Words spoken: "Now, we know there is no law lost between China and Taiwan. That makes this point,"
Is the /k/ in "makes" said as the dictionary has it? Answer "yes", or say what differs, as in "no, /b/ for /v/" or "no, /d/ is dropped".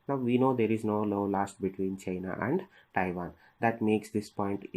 yes